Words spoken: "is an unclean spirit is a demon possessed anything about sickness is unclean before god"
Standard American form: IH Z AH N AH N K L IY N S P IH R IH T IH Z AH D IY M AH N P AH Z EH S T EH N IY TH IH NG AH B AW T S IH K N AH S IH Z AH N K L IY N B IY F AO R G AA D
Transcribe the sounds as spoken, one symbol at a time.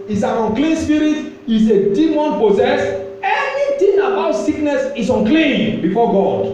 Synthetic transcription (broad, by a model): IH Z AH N AH N K L IY N S P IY R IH T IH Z AH D IY M AH N P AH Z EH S EH N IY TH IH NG AH B AW T S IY K N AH S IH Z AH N K L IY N B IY F AO G AA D